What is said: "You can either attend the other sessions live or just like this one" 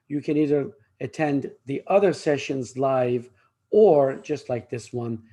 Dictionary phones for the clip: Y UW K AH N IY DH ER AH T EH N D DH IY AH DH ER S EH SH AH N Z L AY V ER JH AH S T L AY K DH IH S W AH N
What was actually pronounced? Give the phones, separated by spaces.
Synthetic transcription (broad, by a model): Y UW K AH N IY DH ER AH T EH N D DH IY AH DH ER S EH SH AH N Z L AY V ER JH AH S T L AY K DH IH S W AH N